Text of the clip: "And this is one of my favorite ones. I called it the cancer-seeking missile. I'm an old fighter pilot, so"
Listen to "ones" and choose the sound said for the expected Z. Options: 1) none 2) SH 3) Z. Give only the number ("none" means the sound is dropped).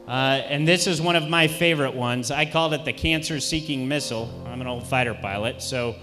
3